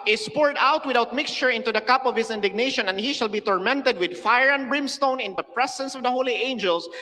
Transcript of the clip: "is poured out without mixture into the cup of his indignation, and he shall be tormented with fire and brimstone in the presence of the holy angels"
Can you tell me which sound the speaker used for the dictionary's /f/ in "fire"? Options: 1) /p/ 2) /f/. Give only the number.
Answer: 2